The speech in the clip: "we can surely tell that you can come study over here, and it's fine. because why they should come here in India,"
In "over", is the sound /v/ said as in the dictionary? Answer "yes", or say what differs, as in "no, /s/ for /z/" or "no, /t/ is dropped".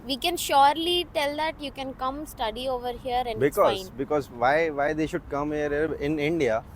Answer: yes